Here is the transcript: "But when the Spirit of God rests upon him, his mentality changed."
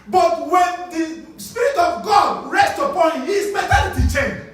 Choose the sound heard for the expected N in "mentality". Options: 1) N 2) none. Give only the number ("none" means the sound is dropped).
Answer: 2